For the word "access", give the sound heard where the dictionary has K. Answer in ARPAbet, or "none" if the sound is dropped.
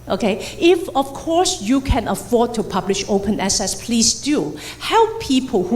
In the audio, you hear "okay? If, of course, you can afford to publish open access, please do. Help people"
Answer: none